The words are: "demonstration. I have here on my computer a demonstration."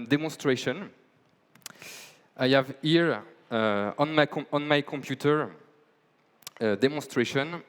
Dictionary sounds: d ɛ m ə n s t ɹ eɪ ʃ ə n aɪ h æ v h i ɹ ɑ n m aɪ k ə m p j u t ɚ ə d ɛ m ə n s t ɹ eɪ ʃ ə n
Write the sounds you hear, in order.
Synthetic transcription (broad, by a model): d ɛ m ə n s t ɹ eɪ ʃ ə n aɪ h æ v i ɹ ɑ n m aɪ k ə m p j u t ɚ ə d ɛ m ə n s t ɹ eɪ ʃ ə n